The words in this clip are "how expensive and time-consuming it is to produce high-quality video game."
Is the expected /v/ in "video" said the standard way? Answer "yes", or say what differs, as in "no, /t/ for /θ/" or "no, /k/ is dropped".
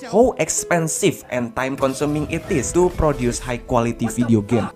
no, /f/ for /v/